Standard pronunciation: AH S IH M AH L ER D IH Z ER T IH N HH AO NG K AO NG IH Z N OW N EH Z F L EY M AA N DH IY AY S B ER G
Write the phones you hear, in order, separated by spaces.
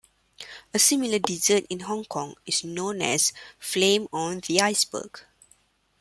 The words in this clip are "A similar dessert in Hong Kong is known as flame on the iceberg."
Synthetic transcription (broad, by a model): AH S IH M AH L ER D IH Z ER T IH N HH AO NG K AO NG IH S N OW N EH S F L EY M AA N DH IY AY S B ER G